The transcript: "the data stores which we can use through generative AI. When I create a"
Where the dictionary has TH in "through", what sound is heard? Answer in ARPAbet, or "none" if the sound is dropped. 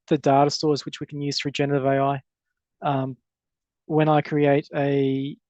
F